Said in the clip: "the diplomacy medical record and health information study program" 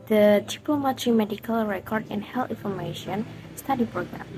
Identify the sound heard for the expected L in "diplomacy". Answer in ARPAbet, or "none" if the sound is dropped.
none